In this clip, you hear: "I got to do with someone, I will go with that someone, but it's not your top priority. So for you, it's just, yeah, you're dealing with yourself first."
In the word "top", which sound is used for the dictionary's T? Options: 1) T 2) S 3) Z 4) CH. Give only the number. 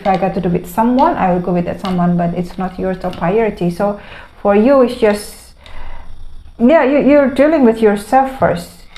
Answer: 2